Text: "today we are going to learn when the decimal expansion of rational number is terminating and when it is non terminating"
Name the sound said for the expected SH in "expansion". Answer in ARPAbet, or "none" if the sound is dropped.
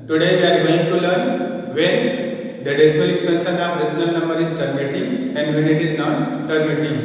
S